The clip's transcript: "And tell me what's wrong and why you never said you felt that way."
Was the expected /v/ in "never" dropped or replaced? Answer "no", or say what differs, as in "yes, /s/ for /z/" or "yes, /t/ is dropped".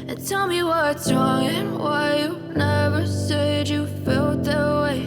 no